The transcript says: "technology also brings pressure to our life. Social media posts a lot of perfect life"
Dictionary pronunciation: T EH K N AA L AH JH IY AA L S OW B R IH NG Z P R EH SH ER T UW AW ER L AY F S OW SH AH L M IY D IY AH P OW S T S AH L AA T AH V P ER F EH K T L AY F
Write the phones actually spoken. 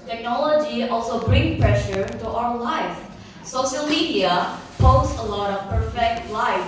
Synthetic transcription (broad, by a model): T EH K N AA L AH JH IY AA L S OW B R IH NG P R EH SH ER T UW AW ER L AY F S OW SH AH L M IY D IY AH P OW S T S AH L AA T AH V P ER F EH K T L AY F